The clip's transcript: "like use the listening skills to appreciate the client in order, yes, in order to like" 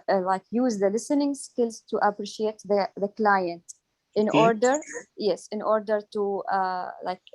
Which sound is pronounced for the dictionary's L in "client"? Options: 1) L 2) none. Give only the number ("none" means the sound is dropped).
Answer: 1